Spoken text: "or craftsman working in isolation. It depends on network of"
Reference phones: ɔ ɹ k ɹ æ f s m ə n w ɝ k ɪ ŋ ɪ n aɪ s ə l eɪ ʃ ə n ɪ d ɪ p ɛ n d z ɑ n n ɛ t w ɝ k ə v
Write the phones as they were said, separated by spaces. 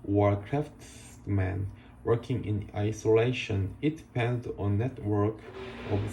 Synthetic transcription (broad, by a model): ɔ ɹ k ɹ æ f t m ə n w ɝ k ɪ ŋ ɪ n aɪ s ə l eɪ ʃ ə n ɪ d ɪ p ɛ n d ɑ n n ɛ t w ɝ k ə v